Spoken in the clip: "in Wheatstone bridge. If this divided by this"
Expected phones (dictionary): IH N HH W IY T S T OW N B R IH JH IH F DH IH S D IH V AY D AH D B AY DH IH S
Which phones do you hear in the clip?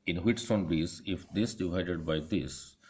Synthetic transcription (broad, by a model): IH N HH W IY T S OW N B IY Z IH F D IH S D IH V AY D AH D B AY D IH S